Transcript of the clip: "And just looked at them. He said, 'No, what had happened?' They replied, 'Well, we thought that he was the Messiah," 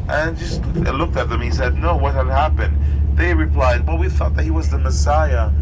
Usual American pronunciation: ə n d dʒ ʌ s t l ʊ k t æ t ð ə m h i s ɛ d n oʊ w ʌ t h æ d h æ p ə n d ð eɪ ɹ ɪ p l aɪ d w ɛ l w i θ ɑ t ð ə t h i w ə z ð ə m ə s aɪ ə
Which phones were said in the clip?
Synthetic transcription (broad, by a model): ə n dʒ ʌ s t l ʊ k t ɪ t ð ə m h i s ɛ d n oʊ w ʌ t h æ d h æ p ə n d ð eɪ ɹ ɪ p l aɪ d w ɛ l w i θ ɑ t ð ə t h i w ə z ð ə m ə s aɪ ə